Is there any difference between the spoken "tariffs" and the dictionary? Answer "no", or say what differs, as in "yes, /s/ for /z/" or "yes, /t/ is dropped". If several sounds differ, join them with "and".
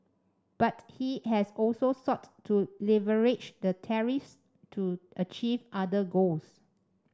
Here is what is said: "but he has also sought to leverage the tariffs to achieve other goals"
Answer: no